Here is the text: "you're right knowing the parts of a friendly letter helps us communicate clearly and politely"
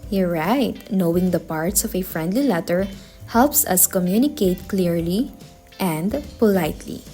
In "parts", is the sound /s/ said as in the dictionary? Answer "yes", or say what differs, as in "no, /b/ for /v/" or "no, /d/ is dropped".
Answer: yes